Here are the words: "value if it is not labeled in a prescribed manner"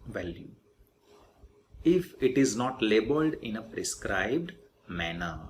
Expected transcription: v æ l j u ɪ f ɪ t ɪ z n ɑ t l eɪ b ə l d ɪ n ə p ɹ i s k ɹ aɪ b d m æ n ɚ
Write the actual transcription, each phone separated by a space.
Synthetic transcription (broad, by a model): v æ l j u ɪ f ɪ t ɪ z n ɑ t l eɪ b ə l d ɪ n ə p ɹ i s k ɹ aɪ b d m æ n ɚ